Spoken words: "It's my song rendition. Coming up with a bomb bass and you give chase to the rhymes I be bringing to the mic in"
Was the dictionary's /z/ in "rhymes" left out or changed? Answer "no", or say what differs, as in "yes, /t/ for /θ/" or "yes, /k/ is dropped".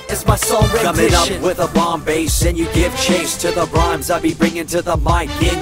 no